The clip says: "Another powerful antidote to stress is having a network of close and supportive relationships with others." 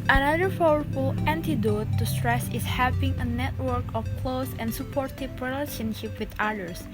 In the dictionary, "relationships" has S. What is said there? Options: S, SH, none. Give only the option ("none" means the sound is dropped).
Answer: none